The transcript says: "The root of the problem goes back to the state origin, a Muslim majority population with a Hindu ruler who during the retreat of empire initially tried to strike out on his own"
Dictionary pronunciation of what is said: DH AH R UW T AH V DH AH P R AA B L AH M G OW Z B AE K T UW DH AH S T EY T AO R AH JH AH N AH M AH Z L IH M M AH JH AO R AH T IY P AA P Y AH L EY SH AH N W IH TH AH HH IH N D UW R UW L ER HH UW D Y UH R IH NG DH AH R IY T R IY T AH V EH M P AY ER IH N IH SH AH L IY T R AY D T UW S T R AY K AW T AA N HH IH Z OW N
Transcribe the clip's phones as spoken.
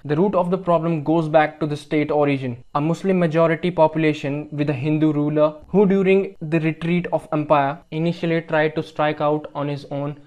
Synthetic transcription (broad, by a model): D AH R UW T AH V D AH P R AA B L AH M G OW Z B AE K T UW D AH S T EY T AO R AH JH AH N AH M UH S L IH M M AH JH AO R AH T IY P AA P Y AH L EY SH AH N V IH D AH HH IH N D UW R UW L ER HH UW D Y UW R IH NG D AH R IY T R IY T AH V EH M P AY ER IH N IH SH AH L IY T R AY D T UW S T R AY K AW T AA N HH IH Z OW N